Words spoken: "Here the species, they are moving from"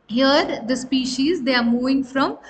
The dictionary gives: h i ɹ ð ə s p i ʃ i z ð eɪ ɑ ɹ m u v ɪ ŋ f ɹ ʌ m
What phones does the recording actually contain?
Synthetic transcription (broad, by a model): h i ɹ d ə s p i ʃ i z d eɪ ɑ ɹ m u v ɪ ŋ f ɹ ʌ m